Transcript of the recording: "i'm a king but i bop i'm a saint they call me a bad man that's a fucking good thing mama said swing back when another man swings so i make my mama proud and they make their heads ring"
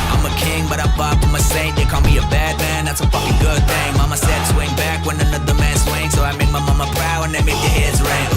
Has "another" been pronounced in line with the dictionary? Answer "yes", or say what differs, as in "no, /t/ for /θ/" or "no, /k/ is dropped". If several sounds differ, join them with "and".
yes